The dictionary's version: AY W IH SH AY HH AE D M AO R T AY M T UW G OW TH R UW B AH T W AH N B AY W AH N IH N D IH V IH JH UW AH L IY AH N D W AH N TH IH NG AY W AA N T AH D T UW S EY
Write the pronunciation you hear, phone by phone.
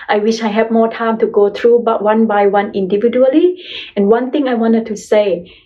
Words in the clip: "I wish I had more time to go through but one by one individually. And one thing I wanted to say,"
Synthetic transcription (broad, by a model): AY W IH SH AY HH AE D M AO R T AY M T UW G OW T R UW B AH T W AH N B AY W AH N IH N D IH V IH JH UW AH L IY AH N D W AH N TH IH NG AY W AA N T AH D T UW S EY